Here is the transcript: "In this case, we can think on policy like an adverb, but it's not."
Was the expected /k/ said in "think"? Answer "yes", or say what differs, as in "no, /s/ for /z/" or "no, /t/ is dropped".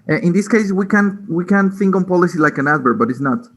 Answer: yes